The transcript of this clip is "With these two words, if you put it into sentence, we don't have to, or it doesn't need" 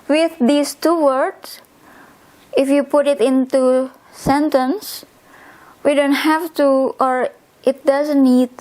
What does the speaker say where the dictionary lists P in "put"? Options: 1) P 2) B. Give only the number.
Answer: 1